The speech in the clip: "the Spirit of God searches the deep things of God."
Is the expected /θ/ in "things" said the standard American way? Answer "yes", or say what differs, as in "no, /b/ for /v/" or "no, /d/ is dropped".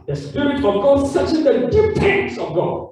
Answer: no, /t/ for /θ/